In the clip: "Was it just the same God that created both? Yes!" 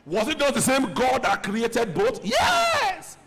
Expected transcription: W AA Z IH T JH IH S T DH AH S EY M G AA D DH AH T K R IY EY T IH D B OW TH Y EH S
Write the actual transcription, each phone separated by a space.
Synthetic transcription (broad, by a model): W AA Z IH T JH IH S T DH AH S EY M G AA D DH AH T K R IY EY T IH D B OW T Y EH S